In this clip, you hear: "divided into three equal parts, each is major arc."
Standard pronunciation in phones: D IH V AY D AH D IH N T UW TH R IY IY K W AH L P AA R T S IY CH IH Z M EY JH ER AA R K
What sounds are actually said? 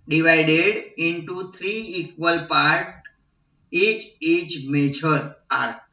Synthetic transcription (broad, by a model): D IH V AY D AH D IH N T UW T R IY IY K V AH L P AA R T IY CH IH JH M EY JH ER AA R